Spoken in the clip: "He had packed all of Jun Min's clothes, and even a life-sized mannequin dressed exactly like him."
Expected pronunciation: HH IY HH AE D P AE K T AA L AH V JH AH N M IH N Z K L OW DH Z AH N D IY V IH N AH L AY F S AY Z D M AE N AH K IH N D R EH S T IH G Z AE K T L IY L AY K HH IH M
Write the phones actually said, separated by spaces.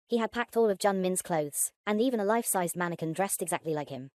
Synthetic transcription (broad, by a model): HH IY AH D P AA K T AA L AH V JH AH N M IH N Z K L OW DH Z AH N IY V IH N AH L AY F S AY Z D M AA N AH K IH N D R EH S T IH G Z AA K T L IY L AY K HH IH M